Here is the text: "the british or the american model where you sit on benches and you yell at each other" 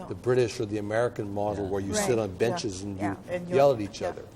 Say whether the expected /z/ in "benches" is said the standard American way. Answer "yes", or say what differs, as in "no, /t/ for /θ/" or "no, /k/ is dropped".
yes